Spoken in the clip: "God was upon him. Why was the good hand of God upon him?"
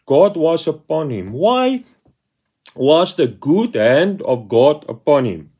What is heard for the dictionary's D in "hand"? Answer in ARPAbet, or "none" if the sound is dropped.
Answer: D